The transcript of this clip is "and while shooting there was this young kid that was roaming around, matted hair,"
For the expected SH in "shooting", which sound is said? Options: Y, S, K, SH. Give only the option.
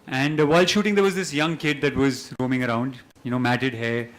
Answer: SH